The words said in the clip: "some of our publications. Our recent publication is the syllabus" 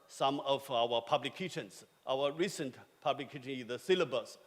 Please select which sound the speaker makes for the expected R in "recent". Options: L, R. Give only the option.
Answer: R